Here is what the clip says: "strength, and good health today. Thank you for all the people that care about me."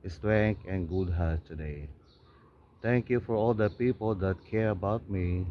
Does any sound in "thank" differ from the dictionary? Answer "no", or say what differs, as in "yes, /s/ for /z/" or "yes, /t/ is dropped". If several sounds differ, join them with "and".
yes, /t/ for /θ/